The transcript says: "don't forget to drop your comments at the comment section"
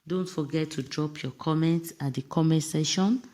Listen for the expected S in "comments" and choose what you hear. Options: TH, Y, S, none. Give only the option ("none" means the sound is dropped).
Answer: S